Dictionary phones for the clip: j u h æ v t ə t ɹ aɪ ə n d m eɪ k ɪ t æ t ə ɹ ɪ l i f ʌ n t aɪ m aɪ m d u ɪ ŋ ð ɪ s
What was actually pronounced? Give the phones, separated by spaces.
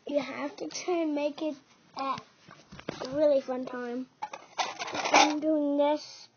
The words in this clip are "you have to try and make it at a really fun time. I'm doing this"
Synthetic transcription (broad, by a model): j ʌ h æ f t ə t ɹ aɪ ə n m eɪ k ɪ t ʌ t ɹ ɪ l i f ʌ n t aɪ m aɪ m d u ɪ ŋ ð ɪ s